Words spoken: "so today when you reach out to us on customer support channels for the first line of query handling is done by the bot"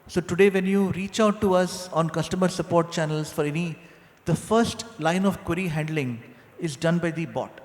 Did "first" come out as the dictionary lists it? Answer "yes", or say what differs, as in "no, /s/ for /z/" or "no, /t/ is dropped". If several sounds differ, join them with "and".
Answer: yes